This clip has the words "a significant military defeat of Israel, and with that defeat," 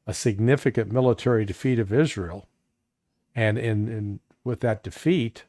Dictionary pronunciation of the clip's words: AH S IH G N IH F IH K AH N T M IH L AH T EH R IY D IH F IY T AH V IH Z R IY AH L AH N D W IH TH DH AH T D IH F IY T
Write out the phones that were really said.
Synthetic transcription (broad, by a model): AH S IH G N IH F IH K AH N M IH L AH T EH R IY D IH F IY T AH V IH Z R IY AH N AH N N W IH DH AH T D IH F IY T